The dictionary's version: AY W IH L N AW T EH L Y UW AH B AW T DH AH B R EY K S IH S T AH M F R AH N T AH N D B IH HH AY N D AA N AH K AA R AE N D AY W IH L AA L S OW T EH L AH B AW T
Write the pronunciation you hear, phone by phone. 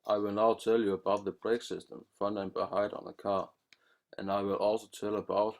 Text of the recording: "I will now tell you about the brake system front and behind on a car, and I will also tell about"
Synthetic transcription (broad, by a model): AY W IH L N AW T EH L Y UW AH B AW T DH AH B R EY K S IH S T AH M F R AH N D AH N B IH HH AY D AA N AH K AA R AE N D AY W IH L AA L S OW T EH L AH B AW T